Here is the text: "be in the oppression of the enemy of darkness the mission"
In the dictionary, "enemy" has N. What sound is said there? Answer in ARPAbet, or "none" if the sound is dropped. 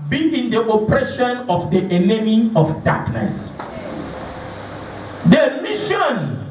L